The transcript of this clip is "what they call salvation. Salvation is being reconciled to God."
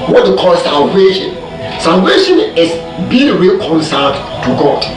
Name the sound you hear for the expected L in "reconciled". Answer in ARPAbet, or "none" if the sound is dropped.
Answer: none